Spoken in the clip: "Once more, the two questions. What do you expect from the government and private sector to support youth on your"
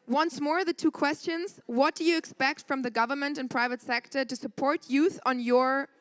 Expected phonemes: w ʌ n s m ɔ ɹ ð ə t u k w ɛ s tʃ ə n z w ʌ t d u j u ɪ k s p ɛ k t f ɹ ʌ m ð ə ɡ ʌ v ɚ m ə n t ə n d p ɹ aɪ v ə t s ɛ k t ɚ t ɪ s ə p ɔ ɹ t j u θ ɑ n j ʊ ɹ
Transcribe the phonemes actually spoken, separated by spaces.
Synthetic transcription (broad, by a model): w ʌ n s m ɔ ɹ ð ə t u k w ɛ s tʃ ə n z w ʌ t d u j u ɪ k s p ɛ k t f ɹ ʌ m ð ə ɡ ʌ v ɚ m ə n t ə n p ɹ aɪ v ə t s ɛ k t ɚ t ɪ s ə p ɔ ɹ t j u θ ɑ n j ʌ ɹ